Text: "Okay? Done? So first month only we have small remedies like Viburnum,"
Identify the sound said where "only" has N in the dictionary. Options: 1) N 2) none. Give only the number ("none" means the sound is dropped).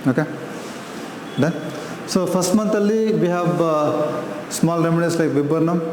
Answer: 2